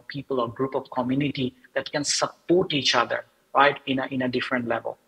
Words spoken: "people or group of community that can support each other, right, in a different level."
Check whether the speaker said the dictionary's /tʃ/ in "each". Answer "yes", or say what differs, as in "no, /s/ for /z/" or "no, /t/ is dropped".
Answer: yes